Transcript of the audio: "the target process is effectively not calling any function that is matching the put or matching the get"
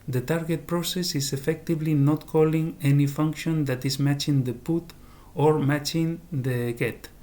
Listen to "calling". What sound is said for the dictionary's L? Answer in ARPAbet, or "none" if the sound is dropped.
L